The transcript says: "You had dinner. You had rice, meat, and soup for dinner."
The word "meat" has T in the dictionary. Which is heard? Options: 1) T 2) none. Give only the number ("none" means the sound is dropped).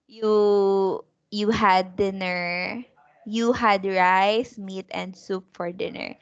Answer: 1